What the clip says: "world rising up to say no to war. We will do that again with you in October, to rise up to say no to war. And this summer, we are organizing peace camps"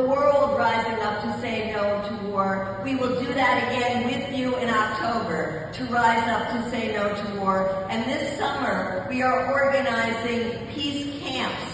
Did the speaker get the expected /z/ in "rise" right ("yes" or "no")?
yes